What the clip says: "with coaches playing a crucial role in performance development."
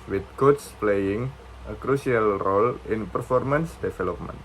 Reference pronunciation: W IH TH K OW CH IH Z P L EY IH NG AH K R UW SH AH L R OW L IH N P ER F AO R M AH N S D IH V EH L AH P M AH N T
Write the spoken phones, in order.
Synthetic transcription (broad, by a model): W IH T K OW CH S P L EY IH NG AH K R UW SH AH L R OW L IH N P ER F AO R M AH N S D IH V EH L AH P M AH N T